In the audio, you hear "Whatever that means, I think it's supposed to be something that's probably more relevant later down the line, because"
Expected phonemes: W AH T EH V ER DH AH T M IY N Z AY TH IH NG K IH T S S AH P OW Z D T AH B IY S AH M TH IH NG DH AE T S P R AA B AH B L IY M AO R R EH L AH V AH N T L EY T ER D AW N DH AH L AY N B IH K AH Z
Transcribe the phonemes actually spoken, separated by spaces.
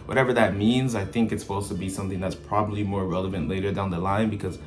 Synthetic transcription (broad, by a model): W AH T EH V ER DH AH T M IY N Z AY TH IH NG K IH T S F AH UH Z T AH B IY S AH M TH IH NG DH AE T S P R AA B AH B L IY M AO R R EH L AH V AH N T L EY T ER D AW N DH AH L AY N B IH K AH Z